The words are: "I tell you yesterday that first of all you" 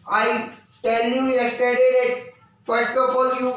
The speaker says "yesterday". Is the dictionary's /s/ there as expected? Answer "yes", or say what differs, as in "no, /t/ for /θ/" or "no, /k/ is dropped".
no, /s/ is dropped